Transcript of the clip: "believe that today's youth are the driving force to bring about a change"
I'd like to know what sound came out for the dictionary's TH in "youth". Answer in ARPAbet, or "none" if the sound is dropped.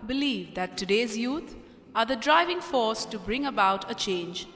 T